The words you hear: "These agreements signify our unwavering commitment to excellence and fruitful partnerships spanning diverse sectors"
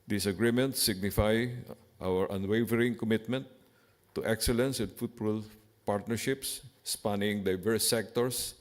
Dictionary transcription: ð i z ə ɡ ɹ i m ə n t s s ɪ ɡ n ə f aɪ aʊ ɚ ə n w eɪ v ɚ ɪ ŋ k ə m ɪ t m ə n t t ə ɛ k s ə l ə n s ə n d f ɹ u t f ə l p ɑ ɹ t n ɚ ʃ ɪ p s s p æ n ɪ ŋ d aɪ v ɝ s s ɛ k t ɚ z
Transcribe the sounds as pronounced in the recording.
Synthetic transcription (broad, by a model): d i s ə ɡ ɹ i m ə n t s s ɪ ɡ n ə f aɪ aʊ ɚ ə n w eɪ v ɚ ɪ ŋ k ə m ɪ t m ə n t t ɛ k s ə l ə n s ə n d f u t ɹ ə l p ɑ ɹ t n ɚ ʃ ɪ p s s p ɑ n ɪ ŋ d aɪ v ɝ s s ɛ k t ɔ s